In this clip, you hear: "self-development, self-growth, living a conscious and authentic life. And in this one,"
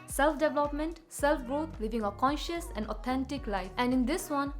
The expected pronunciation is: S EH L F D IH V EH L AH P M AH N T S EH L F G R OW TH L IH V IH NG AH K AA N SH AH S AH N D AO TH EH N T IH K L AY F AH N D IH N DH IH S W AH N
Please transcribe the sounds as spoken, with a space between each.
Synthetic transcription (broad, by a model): S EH L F D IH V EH L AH P M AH N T S EH L F G R OW T L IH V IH NG AH K AA N SH AH S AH N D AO T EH N T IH K L AY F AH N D IH N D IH S W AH N